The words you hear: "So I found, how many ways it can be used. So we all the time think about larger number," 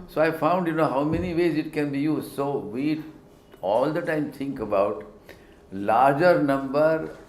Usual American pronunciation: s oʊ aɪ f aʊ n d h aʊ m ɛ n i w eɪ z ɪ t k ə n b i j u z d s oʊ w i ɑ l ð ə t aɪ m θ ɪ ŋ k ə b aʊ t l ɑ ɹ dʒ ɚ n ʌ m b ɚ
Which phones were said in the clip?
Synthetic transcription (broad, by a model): s oʊ aɪ f aʊ n d h aʊ m ɛ n i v eɪ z ɪ t k ə n b i j u z d s oʊ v i ɑ l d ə t aɪ m t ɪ ŋ k ə b aʊ t l ɑ ɹ dʒ ɚ n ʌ m b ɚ